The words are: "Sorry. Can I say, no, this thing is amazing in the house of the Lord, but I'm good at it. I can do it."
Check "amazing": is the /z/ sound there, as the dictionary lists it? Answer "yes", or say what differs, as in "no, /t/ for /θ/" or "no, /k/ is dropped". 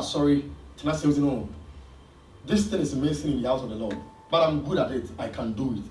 no, /s/ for /z/